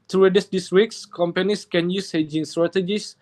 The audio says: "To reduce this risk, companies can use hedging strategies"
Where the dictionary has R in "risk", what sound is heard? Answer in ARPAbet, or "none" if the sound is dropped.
W